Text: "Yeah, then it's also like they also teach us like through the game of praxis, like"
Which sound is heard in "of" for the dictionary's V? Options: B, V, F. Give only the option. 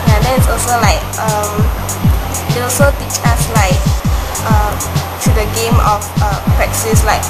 F